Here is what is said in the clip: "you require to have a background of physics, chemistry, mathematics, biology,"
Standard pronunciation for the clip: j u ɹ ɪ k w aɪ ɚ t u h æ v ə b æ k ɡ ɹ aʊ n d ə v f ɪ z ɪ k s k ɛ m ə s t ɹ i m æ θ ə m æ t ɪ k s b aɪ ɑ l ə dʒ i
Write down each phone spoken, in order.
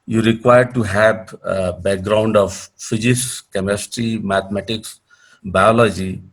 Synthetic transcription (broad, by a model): j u ɹ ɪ k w aɪ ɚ t u h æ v b æ k ɡ ɹ aʊ n d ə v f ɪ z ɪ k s k ɛ m ə s t ɹ i m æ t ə m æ t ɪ k s b aɪ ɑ l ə dʒ i